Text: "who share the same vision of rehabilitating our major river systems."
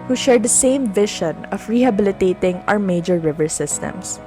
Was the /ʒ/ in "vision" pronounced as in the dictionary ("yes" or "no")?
no